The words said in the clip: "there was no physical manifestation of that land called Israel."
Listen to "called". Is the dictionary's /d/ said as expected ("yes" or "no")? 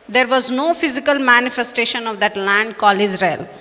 no